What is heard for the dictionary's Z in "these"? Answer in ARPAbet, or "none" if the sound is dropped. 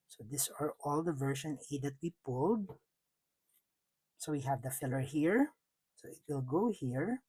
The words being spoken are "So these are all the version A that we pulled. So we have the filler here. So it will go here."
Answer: S